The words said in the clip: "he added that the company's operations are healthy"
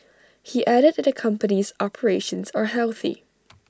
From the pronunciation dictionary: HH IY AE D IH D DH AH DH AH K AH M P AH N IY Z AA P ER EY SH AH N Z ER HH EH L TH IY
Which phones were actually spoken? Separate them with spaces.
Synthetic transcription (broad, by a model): HH IY AE D IH D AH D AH K AH M P AH N IY Z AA P ER EY SH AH N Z ER HH EH L TH IY